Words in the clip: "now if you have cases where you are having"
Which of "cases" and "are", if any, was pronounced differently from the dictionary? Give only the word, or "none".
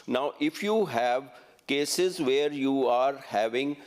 none